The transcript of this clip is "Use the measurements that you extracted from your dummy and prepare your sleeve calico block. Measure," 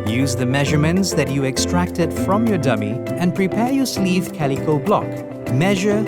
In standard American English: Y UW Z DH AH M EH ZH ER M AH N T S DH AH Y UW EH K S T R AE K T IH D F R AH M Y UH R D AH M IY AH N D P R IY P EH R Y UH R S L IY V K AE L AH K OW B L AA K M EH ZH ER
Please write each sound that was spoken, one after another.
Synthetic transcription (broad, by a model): Y UW Z DH AH M EH ZH ER M AH N T S DH AH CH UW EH K S T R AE K T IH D F R AH M Y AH R D AH M IY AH N P R IY P EH R Y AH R S L IY V K AE L AH K OW B L AA K M EH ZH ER